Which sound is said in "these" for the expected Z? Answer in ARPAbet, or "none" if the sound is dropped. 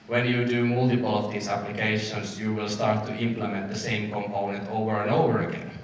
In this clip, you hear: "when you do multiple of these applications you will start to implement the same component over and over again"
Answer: S